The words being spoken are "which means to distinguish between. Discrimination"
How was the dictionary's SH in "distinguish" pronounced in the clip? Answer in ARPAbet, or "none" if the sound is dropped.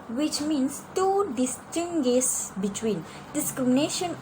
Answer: S